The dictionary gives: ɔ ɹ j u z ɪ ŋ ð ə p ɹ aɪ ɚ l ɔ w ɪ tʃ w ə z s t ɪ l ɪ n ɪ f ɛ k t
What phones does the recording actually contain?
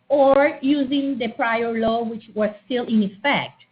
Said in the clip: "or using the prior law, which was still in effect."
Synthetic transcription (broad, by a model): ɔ ɹ j u z ɪ ŋ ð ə p ɹ aɪ ɚ l ɔ w ɪ tʃ w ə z s t ɪ l ɪ n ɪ f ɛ k t